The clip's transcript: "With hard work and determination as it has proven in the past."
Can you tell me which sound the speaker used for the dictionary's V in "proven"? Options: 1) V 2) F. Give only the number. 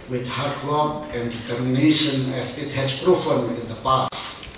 2